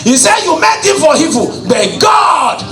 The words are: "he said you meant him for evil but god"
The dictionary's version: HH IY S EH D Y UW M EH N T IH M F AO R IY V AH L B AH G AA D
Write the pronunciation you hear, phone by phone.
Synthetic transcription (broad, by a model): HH IY S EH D Y UW M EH T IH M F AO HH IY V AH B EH G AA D